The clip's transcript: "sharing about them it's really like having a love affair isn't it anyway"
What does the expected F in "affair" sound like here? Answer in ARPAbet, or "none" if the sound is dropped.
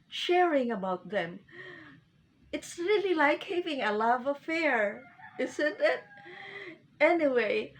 F